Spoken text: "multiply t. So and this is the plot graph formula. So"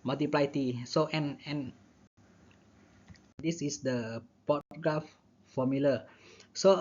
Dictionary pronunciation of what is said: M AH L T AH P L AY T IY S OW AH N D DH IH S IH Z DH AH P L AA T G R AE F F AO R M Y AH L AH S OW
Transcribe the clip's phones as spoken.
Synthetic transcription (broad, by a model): M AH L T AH P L AY T IY S OW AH N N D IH S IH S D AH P AA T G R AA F F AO M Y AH L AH S OW